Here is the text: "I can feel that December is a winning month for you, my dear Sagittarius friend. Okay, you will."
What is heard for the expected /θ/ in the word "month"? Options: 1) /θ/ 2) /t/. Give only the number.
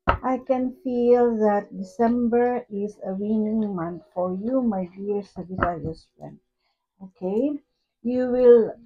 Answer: 2